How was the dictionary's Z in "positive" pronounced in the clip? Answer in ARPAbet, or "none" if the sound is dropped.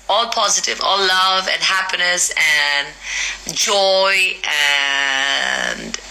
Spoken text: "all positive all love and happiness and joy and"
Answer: Z